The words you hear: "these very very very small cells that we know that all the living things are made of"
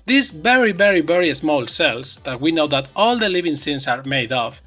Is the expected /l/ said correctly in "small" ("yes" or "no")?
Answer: yes